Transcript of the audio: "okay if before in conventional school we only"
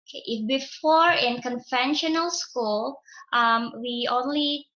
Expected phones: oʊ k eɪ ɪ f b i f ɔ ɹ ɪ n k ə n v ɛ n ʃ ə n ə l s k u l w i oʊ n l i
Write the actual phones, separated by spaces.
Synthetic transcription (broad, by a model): k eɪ ɪ f b i f ɔ ɹ ɪ n k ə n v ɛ n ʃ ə n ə l s k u l w i oʊ n l i